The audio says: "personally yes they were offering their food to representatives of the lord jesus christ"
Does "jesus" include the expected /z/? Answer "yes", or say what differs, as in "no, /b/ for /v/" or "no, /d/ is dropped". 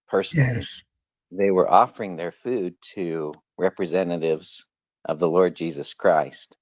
yes